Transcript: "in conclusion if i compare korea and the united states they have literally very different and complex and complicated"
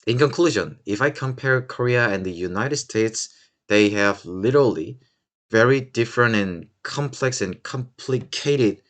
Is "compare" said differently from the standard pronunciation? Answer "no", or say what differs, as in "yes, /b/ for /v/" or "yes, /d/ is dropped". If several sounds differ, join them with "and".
no